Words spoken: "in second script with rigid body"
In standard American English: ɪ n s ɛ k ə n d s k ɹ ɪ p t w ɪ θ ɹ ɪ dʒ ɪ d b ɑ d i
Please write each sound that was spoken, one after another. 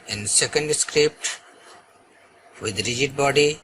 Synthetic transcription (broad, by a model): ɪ n s ɛ k ə n d s k ɹ ɪ p t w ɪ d ɹ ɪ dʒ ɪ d b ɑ d i